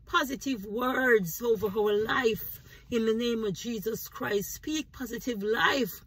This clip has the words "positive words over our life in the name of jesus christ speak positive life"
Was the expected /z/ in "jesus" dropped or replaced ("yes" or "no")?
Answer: no